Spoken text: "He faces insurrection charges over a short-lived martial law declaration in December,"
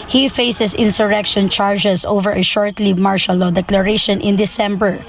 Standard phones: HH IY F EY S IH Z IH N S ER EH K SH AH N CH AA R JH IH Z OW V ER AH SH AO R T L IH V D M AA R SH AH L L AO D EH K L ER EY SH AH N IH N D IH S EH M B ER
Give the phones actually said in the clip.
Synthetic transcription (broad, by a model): HH IY F EY S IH S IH N S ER EH K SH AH N CH AA R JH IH S OW V ER AH SH AO R T L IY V M AA R SH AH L L AO D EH K L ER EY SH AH N IH N D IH S EH M B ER